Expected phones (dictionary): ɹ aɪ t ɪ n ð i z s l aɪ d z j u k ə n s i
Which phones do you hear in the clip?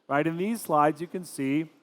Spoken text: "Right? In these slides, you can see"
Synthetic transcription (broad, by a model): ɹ aɪ t ɪ n ð i z s l aɪ d z j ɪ k ə n s i